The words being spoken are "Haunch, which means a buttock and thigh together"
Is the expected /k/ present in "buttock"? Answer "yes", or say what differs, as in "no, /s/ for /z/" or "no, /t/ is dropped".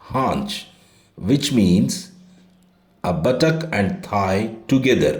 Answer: yes